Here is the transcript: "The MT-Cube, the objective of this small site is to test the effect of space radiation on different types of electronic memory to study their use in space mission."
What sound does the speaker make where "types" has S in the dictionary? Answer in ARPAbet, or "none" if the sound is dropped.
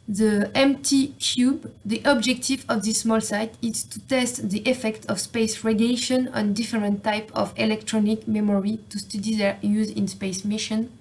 none